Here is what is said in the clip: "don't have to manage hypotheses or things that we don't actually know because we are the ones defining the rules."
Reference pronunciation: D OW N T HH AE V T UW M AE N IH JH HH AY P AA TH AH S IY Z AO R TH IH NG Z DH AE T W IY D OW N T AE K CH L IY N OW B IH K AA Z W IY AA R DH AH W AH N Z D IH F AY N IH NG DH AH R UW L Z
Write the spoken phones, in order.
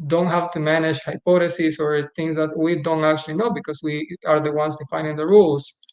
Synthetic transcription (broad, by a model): D OW N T HH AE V T UW M AE N IH JH HH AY P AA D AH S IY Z AO R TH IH NG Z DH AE T W IY D OW N T AE K CH L IY N OW B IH K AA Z W IY AA R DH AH W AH N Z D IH F AY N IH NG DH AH R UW L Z